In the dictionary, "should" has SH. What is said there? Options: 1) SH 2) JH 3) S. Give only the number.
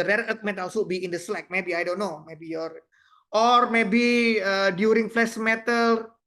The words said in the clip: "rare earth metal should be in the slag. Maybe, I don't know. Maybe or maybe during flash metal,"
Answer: 3